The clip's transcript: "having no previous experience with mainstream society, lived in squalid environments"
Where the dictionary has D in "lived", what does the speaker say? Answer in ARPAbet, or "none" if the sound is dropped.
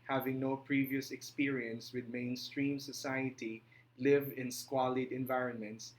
none